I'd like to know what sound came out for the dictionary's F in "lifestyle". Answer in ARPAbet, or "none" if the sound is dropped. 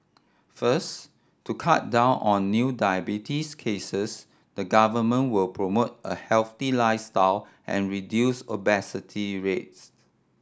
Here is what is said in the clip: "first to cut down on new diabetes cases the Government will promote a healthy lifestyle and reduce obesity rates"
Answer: none